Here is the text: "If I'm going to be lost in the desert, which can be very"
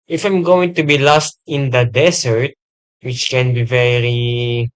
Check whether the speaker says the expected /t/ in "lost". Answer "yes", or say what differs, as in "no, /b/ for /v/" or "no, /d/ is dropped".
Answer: yes